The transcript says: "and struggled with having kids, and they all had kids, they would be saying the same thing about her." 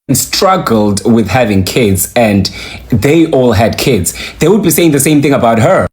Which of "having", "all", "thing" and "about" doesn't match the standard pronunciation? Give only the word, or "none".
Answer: none